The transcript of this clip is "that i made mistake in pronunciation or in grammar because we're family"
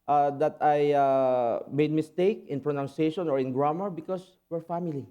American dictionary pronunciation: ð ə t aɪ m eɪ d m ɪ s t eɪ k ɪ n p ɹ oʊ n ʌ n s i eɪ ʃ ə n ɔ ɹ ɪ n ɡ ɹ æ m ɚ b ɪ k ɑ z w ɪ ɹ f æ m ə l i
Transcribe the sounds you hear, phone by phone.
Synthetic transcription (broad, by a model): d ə t aɪ m eɪ d m ɪ s t eɪ k ɪ n p ɹ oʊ n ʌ n s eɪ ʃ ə n ɔ ɹ ɪ n ɡ ɹ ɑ m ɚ b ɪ k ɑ s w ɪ ɹ f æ m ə l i